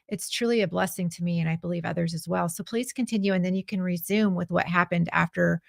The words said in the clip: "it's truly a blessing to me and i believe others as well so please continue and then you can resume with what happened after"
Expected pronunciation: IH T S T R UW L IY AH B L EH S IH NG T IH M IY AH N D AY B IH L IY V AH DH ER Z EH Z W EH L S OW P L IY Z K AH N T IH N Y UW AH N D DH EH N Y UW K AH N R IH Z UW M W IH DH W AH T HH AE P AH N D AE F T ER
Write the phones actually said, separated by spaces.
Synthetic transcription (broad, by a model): IH T S T R UW L IY AH B L EH S IH NG T IH M IY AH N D AY B IH L IY V AH DH ER Z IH Z W EH L S OW P L IY Z K AH N T IH N Y UW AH N DH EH N Y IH K AH N R IH Z UW M W IH DH W AH T HH AE P AH N D AE F T ER